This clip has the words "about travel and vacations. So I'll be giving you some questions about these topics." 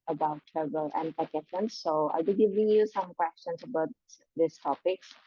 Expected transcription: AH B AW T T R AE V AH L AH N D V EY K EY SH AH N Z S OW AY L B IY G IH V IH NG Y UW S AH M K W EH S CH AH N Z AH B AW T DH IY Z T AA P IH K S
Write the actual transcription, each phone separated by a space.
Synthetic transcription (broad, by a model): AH B AW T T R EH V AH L AH N D P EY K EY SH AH N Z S OW AY L B IY G IH V IH NG Y UW S AH M K W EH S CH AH N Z AH B AW T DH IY S T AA P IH K S